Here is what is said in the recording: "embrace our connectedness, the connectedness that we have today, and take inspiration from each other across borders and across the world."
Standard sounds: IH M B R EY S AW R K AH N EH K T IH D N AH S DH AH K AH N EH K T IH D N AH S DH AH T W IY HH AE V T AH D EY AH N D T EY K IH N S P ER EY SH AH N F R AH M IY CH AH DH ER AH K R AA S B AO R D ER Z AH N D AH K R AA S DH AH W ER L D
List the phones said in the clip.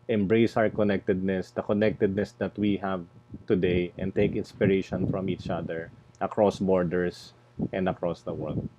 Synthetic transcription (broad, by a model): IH M B R EY S AW R K AH N EH K T IH D N AH S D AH K AH N EH K T IH D N AH S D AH T W IY HH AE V T AH D EY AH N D T EY K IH N S P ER EY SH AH N F R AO M IY CH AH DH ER AH K R AA S B AO R D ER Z AH N D AH K R AA S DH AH W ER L D